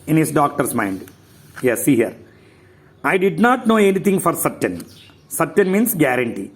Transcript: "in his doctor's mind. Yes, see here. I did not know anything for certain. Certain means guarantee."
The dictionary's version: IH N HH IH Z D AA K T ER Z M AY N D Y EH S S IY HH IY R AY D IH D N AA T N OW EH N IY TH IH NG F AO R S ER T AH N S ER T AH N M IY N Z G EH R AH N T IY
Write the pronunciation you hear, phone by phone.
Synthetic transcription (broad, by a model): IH N HH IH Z D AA K T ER S M AY N D Y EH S S IY HH IY R AY D IH D N AA T N OW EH N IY T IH NG F AO R S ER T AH N S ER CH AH N M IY N S G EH R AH N T IY